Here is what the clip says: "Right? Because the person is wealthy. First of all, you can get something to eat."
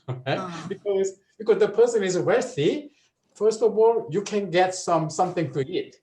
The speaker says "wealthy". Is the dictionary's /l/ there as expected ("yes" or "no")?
no